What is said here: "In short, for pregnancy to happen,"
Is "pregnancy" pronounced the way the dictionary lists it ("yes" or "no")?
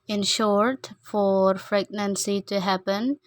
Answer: no